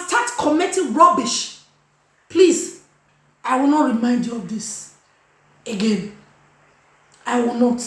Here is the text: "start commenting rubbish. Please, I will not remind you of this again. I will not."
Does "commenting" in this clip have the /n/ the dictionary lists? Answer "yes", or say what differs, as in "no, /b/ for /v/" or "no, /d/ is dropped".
no, /n/ is dropped